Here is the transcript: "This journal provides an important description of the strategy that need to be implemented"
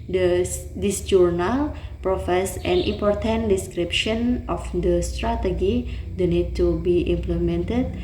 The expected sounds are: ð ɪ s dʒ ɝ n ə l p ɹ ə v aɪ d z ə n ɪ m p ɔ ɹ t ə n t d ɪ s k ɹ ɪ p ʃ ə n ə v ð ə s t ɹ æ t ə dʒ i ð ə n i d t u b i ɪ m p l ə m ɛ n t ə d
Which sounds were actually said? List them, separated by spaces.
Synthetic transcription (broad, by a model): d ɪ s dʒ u n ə l p ɹ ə f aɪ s ə n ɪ m p ɔ ɹ t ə n d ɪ s k ɹ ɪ p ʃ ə n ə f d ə s t ɹ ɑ t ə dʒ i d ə n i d t u b i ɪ m p l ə m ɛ n t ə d